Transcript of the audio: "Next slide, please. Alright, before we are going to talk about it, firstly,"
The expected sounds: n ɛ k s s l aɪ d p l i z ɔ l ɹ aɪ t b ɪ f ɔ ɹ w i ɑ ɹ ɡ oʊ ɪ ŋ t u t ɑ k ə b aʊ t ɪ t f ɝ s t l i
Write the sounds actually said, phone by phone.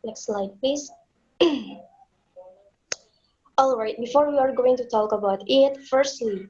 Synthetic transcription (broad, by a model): n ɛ k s s l aɪ d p l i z ɔ l ɹ aɪ t b ɪ f ɔ ɹ w i ɑ ɹ ɡ oʊ ɪ ŋ t u t ɑ k ə b aʊ t ɪ t f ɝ s t l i